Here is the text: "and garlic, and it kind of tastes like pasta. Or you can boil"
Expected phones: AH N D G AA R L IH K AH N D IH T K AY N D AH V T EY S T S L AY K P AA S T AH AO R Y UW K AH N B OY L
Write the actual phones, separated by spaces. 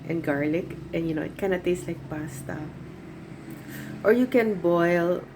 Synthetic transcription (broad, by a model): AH N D G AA R L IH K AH N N IH T K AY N AH T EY S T L AY K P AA S T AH AO R Y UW K AH N B OY L